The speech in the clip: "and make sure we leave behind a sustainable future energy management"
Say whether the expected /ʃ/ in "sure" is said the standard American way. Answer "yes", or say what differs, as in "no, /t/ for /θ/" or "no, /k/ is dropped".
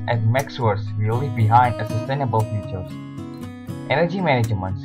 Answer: no, /s/ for /ʃ/